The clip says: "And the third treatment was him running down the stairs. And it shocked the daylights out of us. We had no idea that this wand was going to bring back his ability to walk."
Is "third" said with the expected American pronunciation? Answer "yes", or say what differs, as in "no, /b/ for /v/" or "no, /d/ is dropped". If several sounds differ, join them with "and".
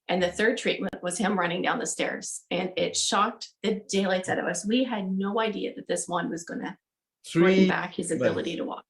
yes